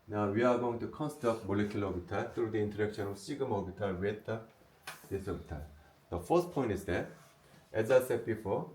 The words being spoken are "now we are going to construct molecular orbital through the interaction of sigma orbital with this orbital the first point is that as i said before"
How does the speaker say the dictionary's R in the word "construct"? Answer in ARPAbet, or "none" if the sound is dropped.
none